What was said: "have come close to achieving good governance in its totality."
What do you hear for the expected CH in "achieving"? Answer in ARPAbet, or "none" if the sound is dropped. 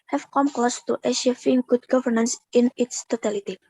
SH